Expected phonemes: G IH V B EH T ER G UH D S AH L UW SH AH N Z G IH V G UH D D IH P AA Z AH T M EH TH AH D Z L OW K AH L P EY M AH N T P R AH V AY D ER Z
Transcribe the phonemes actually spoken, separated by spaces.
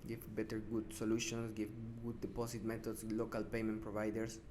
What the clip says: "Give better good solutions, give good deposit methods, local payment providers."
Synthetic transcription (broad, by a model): G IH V B EH T ER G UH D S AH L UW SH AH N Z G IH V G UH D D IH P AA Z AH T M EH T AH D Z L OW K AH L P EY M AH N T P R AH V AY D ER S